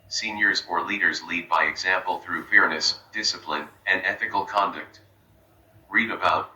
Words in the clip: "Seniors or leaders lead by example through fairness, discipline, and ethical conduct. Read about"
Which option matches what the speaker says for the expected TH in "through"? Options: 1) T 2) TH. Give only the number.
2